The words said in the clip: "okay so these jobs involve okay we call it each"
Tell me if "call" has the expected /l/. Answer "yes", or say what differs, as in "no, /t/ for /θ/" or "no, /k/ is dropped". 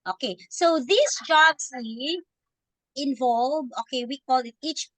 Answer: yes